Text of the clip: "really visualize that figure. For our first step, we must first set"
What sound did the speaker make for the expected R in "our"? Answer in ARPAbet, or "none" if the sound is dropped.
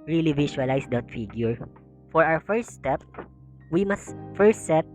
W